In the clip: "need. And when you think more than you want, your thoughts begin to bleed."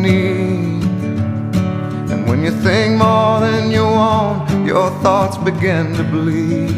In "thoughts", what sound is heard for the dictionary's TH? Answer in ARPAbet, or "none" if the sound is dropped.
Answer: TH